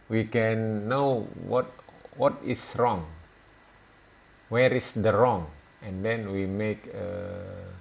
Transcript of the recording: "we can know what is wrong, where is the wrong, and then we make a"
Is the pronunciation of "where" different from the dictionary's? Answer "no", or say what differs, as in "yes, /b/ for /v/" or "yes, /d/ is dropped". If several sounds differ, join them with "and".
no